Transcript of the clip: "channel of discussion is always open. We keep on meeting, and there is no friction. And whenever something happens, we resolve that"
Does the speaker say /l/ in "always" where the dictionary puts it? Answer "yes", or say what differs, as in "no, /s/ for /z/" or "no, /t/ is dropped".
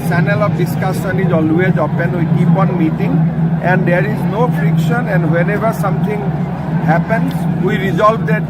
yes